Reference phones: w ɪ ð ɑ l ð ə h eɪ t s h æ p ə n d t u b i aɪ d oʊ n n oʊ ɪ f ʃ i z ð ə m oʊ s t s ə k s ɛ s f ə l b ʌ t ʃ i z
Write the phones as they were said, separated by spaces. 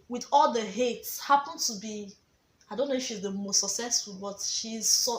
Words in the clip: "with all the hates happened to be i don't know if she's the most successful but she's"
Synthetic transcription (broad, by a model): w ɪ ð ɑ l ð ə h eɪ t s h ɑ p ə n t u b i aɪ d oʊ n n oʊ ɪ f ʃ i z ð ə m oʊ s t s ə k s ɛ s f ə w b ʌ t ʃ i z